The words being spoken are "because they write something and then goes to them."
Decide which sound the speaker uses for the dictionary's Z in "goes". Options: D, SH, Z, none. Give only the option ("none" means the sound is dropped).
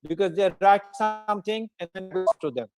none